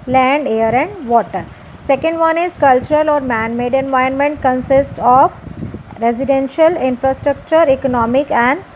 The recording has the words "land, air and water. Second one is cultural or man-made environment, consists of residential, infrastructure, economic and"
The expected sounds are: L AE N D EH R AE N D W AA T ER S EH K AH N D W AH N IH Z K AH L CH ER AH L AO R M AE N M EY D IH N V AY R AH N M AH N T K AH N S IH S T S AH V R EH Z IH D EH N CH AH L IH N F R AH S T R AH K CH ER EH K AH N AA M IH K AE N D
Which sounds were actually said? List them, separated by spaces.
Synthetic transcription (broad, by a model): L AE N D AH R AE N D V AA T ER S EH K AH N D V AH N IH Z K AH L CH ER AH L AO R M AE N M EY D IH N V AY AH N M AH N T K AH N S IH S T S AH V R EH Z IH D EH N SH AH L IH N F R AH S T R AH K CH ER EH K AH N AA M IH K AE N D